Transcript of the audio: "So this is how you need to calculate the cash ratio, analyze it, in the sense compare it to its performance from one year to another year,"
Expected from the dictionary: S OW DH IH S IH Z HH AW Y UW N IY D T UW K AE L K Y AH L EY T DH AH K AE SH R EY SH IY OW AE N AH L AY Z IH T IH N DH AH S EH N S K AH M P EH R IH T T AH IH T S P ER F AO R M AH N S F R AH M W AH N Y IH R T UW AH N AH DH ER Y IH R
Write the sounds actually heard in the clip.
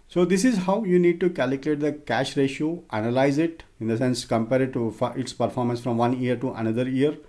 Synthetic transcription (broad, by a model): S OW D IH S IH Z HH AW Y UW N IY D T UW K AE L K Y AH L EY T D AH K AE SH R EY SH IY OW AE N AH L AY Z IH T IH N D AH S EH N S K AH M P EH R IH T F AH IH T S P ER F AO R M AH N S F R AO M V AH N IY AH R T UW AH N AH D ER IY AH R